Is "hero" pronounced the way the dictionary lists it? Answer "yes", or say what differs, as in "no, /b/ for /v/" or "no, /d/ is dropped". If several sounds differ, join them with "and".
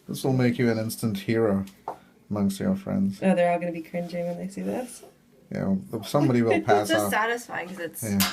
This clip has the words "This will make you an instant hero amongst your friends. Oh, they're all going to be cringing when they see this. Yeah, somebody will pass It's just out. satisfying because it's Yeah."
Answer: yes